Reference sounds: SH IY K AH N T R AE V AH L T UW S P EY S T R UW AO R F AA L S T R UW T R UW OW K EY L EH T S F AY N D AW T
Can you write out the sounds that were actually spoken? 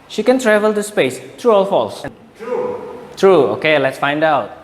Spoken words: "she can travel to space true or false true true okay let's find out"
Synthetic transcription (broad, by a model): SH IY K AH N T R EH V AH L T UW S P EY S T R UW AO L F AA L S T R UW T R UW OW K EY L EH T S F AY N D AW T